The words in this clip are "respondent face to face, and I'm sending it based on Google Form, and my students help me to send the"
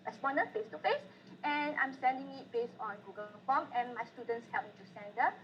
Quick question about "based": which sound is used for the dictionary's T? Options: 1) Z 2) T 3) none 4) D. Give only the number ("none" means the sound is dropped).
3